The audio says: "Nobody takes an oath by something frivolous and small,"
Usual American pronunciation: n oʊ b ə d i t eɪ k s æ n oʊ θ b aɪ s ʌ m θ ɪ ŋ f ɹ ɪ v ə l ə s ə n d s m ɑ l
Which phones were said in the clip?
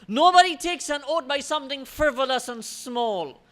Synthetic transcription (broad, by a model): n oʊ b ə d i t eɪ k s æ n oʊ t b aɪ s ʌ m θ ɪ ŋ f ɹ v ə l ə s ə n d s m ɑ l